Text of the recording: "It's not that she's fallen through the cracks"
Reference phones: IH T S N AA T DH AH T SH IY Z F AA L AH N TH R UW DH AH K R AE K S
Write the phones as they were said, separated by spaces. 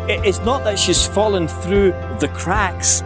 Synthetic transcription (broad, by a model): IH T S N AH T DH AH T SH IY Z F AA L AH N TH R UW DH AH K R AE K S